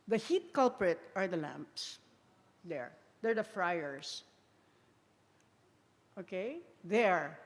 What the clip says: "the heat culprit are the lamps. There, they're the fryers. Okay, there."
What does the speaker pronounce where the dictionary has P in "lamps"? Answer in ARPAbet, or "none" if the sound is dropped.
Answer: P